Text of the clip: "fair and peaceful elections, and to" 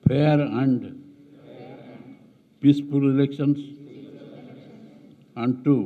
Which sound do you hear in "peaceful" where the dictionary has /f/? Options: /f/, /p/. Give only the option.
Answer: /p/